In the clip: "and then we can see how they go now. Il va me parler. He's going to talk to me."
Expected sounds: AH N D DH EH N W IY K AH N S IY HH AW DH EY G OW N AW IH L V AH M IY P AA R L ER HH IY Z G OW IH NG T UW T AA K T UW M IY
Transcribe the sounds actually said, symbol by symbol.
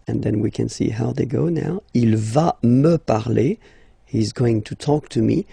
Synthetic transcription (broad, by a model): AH N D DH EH N W IY K AH N S IY HH AW DH EY G OW N AW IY L V AH M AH P AA R L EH HH IY Z G OW IH NG T UW T AA K T UW M IY